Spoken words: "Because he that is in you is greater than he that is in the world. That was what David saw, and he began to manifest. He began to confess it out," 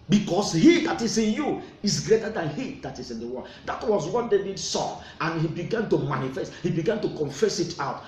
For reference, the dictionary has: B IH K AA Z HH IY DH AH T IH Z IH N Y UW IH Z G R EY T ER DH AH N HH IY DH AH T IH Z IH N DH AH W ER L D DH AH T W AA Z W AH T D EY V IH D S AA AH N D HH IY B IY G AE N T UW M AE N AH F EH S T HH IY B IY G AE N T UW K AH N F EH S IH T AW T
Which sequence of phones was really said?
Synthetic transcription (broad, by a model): B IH K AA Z HH IY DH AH T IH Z IH N Y UW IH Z G R EY T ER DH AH N HH IY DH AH T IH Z IH N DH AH W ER N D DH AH T W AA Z W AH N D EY B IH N S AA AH N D HH IY B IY G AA N T UW M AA N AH F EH S T HH IY B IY G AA N T UW K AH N F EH S IH T AW T